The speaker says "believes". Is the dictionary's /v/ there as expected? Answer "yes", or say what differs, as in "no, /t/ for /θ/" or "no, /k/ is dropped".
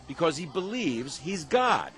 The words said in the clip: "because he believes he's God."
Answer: yes